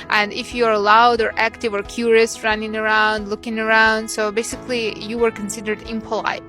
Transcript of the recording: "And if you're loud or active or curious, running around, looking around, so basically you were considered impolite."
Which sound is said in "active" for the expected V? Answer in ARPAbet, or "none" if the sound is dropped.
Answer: V